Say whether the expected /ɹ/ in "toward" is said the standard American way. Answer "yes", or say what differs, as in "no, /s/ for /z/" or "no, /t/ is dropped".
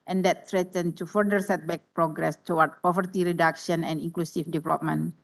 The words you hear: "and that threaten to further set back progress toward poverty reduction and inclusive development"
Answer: no, /w/ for /ɹ/